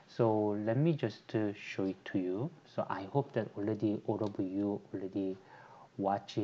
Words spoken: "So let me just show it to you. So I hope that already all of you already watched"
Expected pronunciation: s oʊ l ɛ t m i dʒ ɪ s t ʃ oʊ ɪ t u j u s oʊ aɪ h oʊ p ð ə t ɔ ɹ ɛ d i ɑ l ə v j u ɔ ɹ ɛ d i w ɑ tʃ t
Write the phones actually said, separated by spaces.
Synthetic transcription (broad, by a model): s oʊ l ɛ t m i dʒ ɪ s t ʃ oʊ ɪ t u j u s oʊ aɪ h oʊ p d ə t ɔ l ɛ d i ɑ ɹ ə b j u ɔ l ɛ d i w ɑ tʃ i